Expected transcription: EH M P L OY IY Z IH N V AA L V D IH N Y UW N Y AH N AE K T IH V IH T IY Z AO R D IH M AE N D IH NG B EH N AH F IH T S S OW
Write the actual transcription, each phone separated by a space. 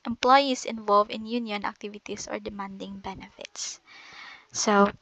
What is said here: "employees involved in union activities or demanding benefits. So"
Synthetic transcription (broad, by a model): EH M P L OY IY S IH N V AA L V IH N Y UW N Y AH N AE K T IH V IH T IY S AO R D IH M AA N D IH NG B EH N AH F IH T S S OW